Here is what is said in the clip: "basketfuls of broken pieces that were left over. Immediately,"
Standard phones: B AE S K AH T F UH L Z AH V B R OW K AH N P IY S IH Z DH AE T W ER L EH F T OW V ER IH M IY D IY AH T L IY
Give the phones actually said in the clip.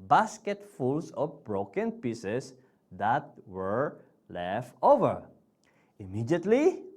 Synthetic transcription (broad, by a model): B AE S K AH T F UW L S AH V B R OW K AH N P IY S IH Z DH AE T W ER L EH F T OW V ER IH M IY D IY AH T L IY